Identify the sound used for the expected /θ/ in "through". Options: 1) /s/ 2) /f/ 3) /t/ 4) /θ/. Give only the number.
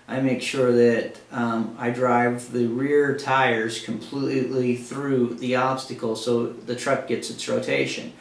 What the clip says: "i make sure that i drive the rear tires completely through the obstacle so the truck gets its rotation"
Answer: 4